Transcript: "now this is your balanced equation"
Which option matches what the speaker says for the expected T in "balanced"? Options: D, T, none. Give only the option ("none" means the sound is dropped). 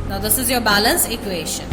none